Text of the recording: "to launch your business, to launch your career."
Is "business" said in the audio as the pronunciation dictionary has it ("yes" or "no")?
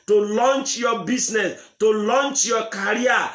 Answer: no